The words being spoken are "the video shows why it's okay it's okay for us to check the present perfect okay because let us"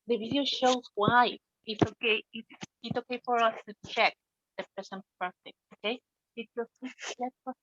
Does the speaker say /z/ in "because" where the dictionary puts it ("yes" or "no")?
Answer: no